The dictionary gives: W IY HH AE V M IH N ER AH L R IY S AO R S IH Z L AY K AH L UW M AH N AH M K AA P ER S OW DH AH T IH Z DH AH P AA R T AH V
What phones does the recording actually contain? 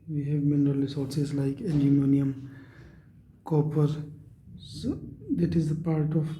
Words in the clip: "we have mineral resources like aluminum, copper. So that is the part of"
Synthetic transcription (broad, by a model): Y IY HH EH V M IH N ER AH L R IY S AO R S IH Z L AY K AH N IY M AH N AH M K AA P ER S OW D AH T IH Z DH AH P AA R T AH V